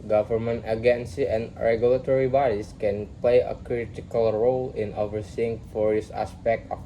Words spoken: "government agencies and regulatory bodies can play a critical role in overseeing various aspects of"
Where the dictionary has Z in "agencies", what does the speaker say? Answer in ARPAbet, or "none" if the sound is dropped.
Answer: none